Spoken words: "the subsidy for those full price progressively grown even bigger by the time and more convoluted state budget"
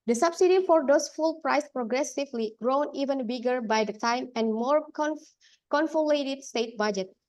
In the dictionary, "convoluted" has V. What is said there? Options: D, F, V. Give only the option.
F